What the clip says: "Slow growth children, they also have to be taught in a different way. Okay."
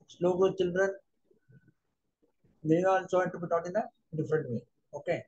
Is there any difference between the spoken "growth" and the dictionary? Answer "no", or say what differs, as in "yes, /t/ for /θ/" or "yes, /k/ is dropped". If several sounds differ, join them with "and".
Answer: yes, /ɹ/ is dropped